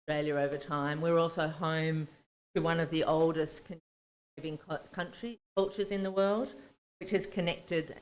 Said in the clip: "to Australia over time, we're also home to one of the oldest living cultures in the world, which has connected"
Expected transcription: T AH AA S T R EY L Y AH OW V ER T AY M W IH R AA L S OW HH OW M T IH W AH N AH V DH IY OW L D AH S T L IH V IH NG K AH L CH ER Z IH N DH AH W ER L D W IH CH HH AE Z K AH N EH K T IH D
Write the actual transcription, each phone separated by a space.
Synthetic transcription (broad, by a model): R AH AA L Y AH OW V ER T AY M W IH R AA L S OW HH OW M T IH W AH N AH V DH IY OW L D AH S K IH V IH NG K AH L CH ER Z IH N DH AH W ER L D W IH CH HH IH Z K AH N EH K T IH D